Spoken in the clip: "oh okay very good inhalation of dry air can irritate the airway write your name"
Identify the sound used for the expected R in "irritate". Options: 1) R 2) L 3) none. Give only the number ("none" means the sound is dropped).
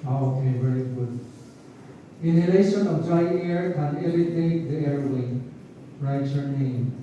2